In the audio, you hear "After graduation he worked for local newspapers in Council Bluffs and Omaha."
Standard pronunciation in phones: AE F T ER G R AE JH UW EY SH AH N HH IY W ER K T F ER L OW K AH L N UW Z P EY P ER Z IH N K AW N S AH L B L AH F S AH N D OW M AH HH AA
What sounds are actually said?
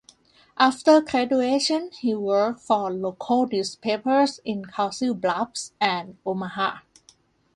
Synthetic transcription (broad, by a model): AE F T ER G R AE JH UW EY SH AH N HH IY W ER K T F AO L OW K AH L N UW S P EY P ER S IH N K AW S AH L B L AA P S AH N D OW M AH HH AA